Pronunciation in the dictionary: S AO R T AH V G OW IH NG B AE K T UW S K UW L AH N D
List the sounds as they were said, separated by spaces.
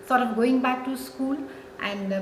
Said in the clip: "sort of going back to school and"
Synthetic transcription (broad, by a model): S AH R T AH P G OW IH NG B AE K T UW S K UW L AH N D